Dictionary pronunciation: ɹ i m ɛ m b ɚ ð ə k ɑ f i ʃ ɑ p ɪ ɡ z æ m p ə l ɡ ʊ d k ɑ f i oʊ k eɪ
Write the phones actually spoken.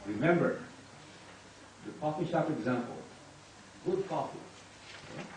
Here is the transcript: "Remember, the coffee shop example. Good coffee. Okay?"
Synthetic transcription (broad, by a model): ɹ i m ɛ m b ɚ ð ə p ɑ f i ʃ ɑ p ɪ ɡ z æ m p ə l ɡ ʊ d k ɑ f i